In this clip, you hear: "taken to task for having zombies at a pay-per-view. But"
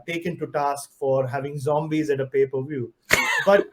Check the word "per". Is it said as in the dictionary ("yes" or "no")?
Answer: yes